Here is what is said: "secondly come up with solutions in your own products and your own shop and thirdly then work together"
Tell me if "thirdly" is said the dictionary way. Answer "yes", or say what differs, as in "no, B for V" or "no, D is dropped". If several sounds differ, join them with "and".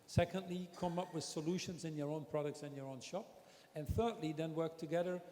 yes